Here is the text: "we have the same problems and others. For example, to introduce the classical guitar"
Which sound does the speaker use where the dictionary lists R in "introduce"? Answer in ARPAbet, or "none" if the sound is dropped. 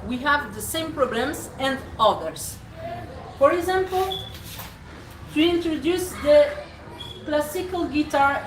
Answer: R